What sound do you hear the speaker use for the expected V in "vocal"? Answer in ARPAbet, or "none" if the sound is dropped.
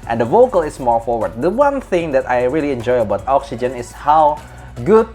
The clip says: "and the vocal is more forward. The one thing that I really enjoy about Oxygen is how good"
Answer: V